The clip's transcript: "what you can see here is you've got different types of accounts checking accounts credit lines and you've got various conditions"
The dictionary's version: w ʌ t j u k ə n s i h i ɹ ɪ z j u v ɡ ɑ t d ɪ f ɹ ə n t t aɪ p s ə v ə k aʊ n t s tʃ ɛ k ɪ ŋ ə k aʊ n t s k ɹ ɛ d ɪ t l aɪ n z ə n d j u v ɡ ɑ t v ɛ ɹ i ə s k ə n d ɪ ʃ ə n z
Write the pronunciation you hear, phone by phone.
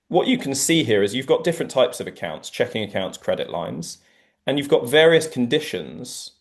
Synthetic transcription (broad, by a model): w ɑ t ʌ k ə n s i h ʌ ɹ ɪ z j u v ɡ ɑ t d ɪ f ɹ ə n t t aɪ p s ə v ə k aʊ n t s tʃ ɛ k ɪ ŋ ə k aʊ n t s k ɹ ɛ d ɪ t l aɪ n z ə n j u v ɡ ɑ t v ɛ ɹ i ə s k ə n d ɪ ʃ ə n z